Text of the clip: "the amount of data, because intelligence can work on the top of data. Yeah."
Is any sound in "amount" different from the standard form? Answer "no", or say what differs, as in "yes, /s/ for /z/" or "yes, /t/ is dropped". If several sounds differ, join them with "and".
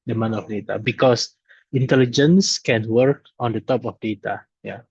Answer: yes, /t/ is dropped